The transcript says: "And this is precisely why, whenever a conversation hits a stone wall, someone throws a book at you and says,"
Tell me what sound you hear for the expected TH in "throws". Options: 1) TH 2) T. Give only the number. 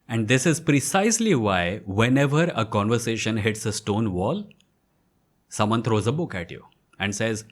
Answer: 2